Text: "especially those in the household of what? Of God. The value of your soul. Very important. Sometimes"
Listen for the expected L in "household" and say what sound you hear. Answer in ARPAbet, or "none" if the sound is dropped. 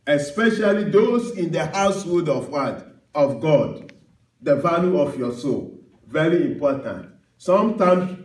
none